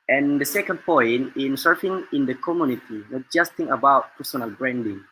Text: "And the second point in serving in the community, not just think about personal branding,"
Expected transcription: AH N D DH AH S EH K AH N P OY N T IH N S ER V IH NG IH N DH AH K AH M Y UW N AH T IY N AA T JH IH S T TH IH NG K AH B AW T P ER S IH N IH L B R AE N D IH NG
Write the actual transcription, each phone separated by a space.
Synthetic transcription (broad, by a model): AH N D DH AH S EH K AH N P OY N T IH N S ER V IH NG IH N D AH K AH M Y UW N AH T IY N AA T JH IH S T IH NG AH B AW T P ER S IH N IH L B R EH N D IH NG